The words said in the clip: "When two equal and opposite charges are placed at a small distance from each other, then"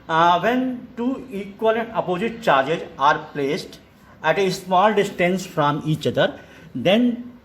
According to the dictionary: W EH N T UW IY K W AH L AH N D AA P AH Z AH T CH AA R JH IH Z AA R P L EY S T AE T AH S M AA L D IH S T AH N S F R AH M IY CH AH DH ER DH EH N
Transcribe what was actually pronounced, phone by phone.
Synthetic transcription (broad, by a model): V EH N T UW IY K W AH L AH N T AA P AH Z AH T CH AA R JH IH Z AA R P L EY S T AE T AH S M AA L D IH S T AH N S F R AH M IY CH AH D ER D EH N